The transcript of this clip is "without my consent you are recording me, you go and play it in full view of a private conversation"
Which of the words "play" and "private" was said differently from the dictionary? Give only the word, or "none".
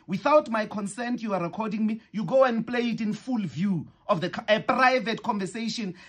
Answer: none